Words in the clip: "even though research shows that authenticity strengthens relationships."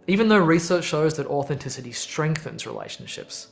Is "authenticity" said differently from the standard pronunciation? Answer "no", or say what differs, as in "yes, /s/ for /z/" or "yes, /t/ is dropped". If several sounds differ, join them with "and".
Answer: no